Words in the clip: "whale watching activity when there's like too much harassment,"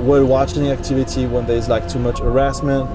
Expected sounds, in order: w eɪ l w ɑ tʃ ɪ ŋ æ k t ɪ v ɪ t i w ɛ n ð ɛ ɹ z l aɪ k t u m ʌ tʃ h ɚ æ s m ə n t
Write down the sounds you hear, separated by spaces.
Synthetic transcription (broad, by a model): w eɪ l w ɑ tʃ ɪ ŋ æ k t ɪ v ɪ t i w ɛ n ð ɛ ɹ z l aɪ k t u m ʌ tʃ h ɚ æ s m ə n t